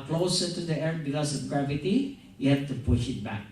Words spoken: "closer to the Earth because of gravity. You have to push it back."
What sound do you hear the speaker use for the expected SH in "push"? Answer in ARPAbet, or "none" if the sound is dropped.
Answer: SH